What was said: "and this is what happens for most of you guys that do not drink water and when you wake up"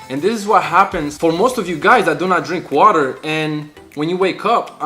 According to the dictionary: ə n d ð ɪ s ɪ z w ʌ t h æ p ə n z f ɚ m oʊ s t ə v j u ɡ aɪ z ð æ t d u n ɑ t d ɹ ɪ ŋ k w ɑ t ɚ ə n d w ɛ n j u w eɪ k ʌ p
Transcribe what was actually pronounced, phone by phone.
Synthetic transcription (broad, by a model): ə n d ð ɪ s ɪ z w ʌ t h æ p ə n z f ɚ m oʊ s t ə v j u ɡ aɪ z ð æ t d u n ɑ t d ɹ ɪ ŋ k w ɑ t ɚ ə n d w ɛ n j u w eɪ k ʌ p